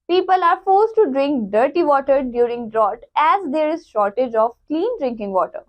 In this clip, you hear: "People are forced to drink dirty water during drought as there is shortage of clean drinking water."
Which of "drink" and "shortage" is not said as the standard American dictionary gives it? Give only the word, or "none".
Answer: none